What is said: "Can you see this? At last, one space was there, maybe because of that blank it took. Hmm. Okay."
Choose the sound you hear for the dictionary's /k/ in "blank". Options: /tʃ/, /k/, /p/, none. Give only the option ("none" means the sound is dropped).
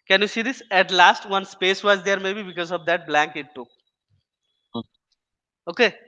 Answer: /k/